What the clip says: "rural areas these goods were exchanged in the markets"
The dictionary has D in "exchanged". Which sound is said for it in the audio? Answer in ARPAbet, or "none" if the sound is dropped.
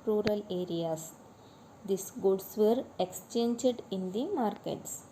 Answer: D